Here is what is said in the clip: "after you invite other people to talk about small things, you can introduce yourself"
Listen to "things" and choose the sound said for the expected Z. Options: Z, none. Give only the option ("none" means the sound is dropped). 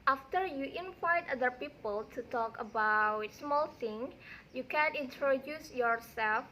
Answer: none